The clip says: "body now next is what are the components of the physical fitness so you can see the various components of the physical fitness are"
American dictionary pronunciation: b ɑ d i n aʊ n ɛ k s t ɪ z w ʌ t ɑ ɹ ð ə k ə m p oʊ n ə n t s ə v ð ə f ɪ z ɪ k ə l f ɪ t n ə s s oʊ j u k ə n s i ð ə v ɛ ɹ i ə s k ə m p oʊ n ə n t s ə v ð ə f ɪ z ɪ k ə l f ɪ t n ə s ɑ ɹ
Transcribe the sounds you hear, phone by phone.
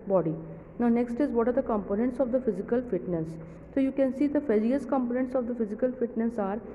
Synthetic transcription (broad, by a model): b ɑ d i n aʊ n ɛ k s t ɪ z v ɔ t ɑ ɹ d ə k ə m p oʊ n ə n t s ə v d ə f ɪ z ɪ k ə l f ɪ t n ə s s oʊ j u k ə n s i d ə f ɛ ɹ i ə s k ə m p oʊ n ə n t s ə v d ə f ɪ z ɪ k ə l f ɪ t n ə s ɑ ɹ